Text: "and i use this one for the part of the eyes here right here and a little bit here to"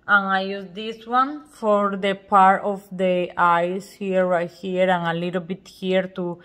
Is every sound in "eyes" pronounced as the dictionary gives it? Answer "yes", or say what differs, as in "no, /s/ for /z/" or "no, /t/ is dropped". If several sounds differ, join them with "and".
no, /s/ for /z/